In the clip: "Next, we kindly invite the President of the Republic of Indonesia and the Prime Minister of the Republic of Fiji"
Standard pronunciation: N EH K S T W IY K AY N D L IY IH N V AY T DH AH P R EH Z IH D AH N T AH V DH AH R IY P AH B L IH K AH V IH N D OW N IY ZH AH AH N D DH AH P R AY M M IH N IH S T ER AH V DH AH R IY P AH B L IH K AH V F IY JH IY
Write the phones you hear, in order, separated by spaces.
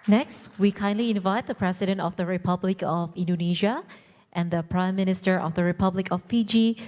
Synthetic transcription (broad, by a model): N EH K S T W IY K AY N D L IY IH N V AY T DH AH P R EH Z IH D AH N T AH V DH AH R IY P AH B L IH K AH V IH N D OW N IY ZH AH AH N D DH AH P R AY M M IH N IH S T ER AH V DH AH R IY P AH B L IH K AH F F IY JH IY